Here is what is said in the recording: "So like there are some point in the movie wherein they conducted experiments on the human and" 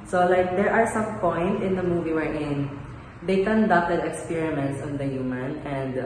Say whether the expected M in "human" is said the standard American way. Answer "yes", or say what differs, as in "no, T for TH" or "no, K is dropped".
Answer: yes